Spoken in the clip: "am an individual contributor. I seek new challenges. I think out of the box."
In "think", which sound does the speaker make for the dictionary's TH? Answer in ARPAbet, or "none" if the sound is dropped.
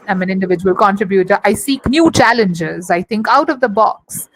T